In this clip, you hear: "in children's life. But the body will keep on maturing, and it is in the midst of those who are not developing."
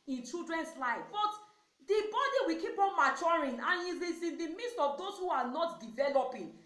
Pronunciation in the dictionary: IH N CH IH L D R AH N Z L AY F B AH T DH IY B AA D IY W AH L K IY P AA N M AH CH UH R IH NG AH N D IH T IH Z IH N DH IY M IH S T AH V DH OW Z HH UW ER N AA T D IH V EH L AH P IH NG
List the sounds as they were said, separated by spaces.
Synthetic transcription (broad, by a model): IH N CH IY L D R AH N S L AY F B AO T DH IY B AA D IY W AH K IY P AA N M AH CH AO R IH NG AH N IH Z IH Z IH N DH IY M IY S T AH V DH OW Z HH UW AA N AA T D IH V EH L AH P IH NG